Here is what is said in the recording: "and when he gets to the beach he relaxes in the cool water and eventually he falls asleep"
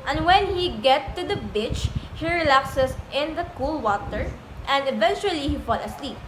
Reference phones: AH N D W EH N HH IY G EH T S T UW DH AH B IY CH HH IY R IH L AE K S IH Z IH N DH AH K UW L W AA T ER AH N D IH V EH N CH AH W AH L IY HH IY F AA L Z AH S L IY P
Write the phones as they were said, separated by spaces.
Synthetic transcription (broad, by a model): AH N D W EH N HH IY G EH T T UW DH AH B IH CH HH IY R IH L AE K S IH S IH N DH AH K UW L W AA T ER AH N D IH V EH N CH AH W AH L IY HH IY F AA L AH S L IY P